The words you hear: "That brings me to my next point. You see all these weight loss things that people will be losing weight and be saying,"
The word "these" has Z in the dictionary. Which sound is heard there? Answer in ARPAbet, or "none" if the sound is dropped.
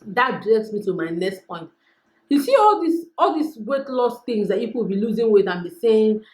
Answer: S